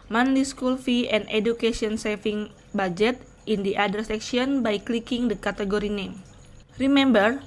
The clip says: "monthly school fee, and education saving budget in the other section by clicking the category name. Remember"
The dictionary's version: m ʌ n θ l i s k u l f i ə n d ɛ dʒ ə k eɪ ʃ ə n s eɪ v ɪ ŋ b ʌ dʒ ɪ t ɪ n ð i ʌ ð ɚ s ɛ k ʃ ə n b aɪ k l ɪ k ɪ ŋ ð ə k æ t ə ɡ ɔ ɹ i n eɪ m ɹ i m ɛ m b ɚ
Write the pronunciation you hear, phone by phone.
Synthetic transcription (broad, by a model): m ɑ n l i s k u l f i ə n d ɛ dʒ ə k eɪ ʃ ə n s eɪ f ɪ ŋ b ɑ dʒ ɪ t ɪ n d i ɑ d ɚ s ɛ k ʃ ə n b aɪ k l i k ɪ ŋ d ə k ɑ t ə ɡ ɔ ɹ i n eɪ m ɹ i m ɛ m b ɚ